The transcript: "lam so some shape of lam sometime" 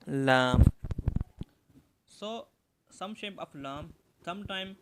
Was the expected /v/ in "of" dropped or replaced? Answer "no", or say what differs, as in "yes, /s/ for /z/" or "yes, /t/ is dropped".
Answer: yes, /f/ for /v/